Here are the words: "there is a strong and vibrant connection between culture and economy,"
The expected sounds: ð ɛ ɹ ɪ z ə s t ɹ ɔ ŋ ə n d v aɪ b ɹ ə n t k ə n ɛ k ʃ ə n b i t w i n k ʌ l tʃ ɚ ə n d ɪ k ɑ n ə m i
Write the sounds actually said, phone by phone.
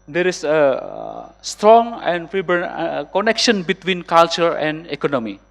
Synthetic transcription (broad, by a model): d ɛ ɹ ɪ s ə s t ɹ ɔ ŋ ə n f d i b ə t k ə n ɛ k ʃ ə n b i t w i n k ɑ l tʃ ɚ ə n d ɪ k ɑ n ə m i